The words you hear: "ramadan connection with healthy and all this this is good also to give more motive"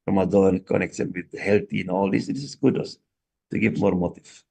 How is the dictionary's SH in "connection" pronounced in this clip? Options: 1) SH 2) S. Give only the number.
2